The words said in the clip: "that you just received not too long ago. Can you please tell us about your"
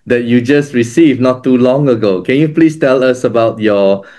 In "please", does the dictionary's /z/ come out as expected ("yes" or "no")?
no